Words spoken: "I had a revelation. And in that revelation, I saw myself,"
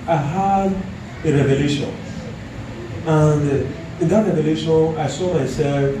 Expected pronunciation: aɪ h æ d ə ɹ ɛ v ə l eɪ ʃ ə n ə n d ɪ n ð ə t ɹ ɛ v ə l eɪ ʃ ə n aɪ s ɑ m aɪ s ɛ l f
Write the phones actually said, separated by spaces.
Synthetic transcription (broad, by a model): aɪ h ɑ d ə ɹ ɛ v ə l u ʃ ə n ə n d ɪ n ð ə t ɹ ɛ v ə l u ʃ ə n aɪ s ɑ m aɪ s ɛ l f